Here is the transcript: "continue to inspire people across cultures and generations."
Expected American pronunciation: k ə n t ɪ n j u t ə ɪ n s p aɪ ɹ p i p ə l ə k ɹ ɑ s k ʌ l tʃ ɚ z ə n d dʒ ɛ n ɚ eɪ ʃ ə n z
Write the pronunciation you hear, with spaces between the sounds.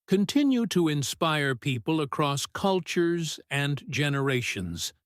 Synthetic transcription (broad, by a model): k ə n t ɪ n j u t ə ɪ n s p aɪ ɹ p i p ə l ə k ɹ ɑ s k ʌ l tʃ ɚ z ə n dʒ ɛ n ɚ eɪ ʃ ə n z